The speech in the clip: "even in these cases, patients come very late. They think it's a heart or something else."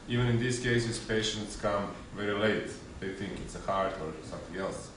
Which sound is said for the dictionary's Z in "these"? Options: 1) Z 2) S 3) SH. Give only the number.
2